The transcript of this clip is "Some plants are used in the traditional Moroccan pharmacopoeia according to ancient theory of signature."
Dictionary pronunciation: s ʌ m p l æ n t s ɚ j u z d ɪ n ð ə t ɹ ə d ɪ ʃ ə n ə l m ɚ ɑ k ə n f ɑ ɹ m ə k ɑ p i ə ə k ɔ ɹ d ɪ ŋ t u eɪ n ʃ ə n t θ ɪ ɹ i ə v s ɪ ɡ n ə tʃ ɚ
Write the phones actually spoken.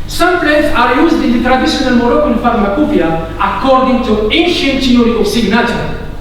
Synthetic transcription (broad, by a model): s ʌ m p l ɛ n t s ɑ j u z d ɪ n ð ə t ɹ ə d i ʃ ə n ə l m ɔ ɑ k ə l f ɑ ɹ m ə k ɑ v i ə ə k ɔ ɹ d ɪ ŋ t u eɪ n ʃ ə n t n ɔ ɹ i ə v s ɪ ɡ n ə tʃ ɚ